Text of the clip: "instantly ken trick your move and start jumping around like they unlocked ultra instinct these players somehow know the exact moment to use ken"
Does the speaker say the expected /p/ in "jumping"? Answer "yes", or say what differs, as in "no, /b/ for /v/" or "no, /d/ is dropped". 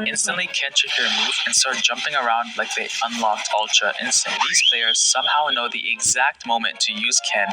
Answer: yes